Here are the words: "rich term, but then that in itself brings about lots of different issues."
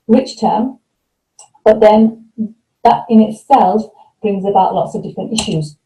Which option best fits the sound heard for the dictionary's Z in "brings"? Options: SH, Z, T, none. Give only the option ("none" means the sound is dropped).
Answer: Z